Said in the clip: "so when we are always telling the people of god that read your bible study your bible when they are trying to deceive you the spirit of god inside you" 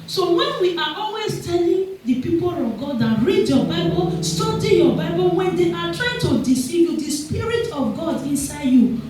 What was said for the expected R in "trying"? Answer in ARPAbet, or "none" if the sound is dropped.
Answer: R